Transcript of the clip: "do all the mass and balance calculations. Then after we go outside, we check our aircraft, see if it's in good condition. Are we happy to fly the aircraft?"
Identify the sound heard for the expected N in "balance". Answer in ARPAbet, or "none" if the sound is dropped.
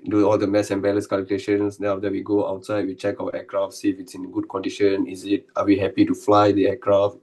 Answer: none